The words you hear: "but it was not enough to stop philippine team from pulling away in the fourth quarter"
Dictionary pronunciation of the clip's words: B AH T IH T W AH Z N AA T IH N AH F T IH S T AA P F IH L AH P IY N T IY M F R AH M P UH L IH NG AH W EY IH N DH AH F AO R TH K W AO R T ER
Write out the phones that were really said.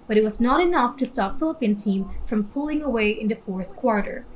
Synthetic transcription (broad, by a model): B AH T IH T W AH Z N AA T IH N AH F T IH S T AA P F IH L AH P IY N T IY M F R AH M P UH L IH NG AH W EY IH N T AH F AO R TH K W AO R T ER